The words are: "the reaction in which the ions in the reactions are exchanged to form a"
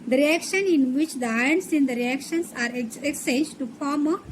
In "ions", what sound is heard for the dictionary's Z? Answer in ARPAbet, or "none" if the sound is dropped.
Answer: S